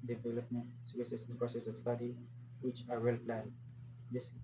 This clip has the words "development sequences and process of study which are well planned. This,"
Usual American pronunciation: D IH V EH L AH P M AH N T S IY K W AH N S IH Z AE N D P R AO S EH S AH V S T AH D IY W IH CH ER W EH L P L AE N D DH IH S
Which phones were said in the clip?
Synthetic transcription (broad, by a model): D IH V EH L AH P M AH N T S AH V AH S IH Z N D P R AO S EH S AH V S T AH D IY W IH CH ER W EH L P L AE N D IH S